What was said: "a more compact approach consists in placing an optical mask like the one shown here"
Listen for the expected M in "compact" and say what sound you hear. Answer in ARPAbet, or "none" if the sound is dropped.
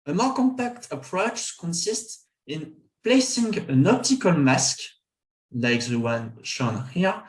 M